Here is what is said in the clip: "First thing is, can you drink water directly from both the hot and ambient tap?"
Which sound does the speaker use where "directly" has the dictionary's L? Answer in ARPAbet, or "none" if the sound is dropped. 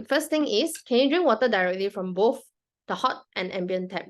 L